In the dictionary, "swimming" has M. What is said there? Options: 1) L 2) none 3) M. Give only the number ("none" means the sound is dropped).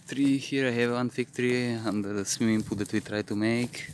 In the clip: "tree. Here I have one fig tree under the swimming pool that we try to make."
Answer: 2